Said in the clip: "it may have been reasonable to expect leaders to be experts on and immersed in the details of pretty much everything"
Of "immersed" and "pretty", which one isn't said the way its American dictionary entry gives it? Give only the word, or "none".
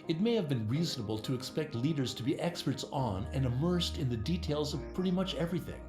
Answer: none